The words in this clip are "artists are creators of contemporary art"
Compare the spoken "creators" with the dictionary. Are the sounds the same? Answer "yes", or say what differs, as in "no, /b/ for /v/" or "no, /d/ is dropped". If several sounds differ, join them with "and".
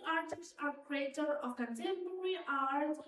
no, /z/ is dropped